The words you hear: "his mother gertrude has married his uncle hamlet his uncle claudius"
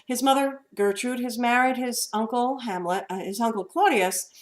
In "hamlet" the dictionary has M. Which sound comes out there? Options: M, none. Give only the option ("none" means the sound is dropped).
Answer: M